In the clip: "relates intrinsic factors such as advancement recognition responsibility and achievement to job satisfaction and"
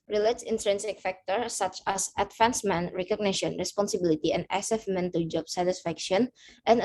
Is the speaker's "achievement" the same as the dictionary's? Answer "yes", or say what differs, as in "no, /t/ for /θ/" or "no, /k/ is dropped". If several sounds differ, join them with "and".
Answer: no, /s/ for /tʃ/